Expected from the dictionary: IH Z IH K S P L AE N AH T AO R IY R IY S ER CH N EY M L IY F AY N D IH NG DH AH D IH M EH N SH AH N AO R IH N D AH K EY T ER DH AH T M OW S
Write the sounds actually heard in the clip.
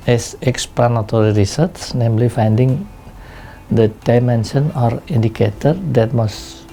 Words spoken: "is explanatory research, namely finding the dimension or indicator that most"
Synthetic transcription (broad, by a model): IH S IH K S P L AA N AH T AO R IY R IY S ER S N EY M L IY F AY N D IH NG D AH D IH M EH N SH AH N AO R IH N D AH K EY T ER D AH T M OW S